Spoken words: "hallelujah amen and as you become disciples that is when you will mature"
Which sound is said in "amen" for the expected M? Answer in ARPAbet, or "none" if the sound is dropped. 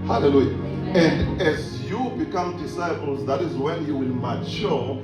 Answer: none